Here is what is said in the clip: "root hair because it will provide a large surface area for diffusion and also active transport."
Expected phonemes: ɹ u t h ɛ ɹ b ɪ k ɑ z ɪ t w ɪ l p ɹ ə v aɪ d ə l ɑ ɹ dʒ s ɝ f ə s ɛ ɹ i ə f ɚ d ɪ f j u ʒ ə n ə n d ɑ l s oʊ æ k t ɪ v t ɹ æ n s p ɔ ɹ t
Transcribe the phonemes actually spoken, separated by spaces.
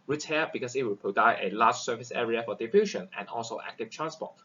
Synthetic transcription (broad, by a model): ɹ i t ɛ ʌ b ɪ k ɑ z ɪ t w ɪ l p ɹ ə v aɪ ə l ɑ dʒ s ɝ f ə s ɛ ɹ i ə f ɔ d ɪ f j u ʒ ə n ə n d ɑ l s oʊ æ k t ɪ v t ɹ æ n s p ɔ t